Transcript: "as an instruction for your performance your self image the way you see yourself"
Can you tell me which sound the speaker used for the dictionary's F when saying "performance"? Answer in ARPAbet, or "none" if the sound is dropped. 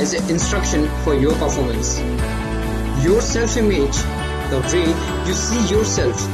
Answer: F